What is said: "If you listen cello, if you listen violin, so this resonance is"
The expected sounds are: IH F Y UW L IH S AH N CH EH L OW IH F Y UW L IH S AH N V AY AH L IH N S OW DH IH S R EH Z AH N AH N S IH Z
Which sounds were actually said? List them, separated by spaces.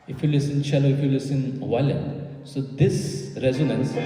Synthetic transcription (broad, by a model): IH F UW L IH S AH N CH EH L OW IH F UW L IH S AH N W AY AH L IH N S OW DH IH S R EH Z AH N AH N S